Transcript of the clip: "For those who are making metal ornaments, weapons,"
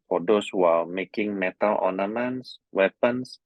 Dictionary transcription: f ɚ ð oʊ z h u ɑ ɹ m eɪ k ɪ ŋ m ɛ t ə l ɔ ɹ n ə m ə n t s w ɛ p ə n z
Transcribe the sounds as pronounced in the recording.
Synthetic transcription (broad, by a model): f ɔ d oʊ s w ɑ l m eɪ k ɪ ŋ m ɛ t ə l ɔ n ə m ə n s w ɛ p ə n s